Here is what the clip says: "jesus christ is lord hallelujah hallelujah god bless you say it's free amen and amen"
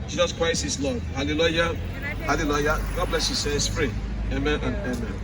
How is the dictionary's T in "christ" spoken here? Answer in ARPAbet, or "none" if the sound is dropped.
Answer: none